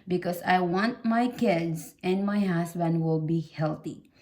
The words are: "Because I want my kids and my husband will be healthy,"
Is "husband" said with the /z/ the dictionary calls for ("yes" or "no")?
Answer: no